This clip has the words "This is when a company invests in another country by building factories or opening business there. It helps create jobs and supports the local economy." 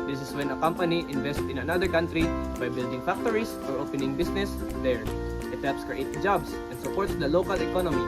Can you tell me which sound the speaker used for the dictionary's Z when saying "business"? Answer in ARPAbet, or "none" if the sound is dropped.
S